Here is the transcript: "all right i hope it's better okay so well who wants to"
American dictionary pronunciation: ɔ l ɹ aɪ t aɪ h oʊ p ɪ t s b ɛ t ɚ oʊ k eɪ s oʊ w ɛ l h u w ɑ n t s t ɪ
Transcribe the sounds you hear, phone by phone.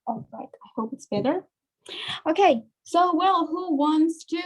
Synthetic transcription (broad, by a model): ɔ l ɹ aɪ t aɪ h oʊ p ɪ t s b ɛ t ɚ oʊ k eɪ s oʊ w ɛ l h u w ɑ n t s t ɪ